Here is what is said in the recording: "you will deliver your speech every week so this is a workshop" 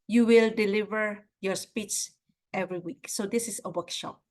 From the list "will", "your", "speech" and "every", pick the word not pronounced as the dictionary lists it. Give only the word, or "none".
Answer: speech